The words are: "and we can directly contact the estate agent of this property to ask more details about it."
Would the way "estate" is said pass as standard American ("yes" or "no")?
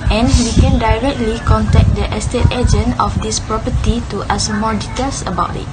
yes